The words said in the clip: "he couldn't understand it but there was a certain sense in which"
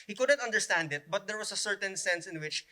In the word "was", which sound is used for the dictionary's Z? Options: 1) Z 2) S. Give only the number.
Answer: 2